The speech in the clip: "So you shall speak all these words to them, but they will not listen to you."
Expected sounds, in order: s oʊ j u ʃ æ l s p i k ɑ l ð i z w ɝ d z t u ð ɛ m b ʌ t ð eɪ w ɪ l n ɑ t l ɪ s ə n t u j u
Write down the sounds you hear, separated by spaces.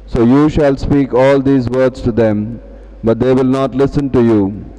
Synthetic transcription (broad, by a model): s oʊ j u ʃ æ l s p i k ɑ l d i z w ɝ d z t u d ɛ m b ʌ t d eɪ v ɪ l n ɑ t l ɪ s ə n t u j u